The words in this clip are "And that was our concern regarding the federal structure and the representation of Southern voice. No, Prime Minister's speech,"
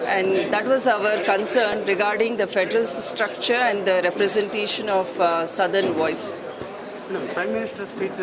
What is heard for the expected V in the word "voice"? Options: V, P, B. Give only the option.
V